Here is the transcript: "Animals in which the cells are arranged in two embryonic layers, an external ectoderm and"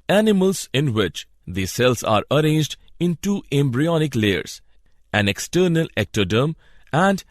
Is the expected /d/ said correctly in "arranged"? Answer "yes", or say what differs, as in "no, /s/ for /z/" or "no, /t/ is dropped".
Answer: yes